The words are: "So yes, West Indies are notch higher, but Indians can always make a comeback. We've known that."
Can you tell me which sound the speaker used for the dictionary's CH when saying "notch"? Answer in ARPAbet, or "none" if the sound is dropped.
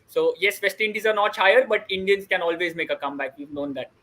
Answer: CH